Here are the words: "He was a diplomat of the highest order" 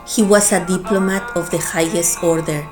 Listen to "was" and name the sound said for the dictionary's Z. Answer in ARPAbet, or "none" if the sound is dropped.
S